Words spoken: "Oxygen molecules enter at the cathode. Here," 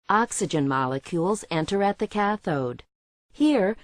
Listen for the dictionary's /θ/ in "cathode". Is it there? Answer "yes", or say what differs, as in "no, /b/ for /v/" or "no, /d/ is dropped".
yes